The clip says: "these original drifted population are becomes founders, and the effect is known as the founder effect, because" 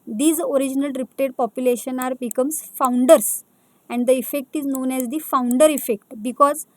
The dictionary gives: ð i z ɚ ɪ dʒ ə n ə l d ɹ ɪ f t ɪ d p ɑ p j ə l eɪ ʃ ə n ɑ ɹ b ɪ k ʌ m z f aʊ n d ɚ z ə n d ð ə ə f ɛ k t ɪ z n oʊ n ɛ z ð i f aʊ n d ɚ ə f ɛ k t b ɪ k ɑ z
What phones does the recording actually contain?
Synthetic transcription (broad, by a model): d i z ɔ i dʒ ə n ə l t ɹ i p t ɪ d p ɑ p j ə l eɪ ʃ ə n ɑ ɹ b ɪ k ʌ m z f aʊ n d ɚ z ə n d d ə ə f ɛ k t ɪ z n oʊ n ɛ z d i f aʊ n d ɚ ə f ɛ k t b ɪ k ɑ z